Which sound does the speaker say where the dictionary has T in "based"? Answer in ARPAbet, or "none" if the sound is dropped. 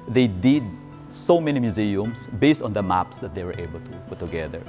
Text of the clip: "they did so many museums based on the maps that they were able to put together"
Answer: T